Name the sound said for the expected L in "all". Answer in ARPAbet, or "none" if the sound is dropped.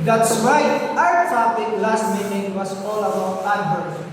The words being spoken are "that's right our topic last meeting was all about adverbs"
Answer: L